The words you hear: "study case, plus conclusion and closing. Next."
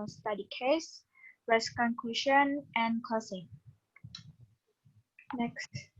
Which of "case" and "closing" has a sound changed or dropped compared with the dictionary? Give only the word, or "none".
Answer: closing